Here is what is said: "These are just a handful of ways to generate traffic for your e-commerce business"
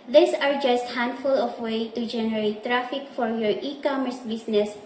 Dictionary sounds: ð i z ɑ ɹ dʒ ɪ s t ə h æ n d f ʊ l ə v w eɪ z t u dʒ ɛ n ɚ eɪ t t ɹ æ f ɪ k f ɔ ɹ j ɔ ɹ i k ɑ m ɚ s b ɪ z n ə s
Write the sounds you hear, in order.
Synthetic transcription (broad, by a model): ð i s ɑ ɹ dʒ ɪ s t h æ n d f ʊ l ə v w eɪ t u dʒ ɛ n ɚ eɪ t t ɹ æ f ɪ k f ɔ ɹ j ɔ ɹ i k ɑ m ɚ s b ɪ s n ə s